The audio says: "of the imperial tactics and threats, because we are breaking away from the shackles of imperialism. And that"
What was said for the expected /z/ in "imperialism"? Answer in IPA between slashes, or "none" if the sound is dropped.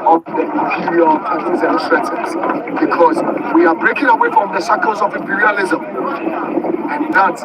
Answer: /z/